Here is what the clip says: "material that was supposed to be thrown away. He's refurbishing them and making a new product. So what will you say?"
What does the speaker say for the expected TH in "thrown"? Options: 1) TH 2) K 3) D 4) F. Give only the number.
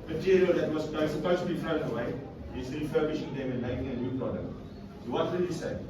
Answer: 4